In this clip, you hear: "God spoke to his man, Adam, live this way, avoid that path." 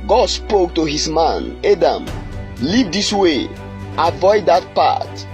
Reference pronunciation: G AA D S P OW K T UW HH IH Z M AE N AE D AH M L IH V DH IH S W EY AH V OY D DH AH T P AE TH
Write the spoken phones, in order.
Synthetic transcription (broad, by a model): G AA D S P OW K T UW HH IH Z M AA N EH D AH M L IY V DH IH S W EY AH V OY D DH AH T P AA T